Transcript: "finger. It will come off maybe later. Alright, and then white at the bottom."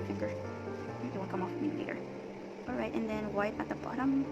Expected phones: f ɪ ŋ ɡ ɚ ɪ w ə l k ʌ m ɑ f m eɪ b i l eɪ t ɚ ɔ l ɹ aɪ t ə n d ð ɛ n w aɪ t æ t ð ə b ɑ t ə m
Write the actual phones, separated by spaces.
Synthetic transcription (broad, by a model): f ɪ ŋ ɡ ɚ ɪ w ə n k ʌ m ɑ f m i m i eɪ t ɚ ɔ l ɹ aɪ t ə n ð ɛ n w aɪ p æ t ð ə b ɑ t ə m